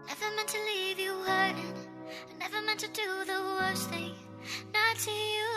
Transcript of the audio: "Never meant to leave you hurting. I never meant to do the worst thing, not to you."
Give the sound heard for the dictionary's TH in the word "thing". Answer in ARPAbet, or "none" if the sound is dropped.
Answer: TH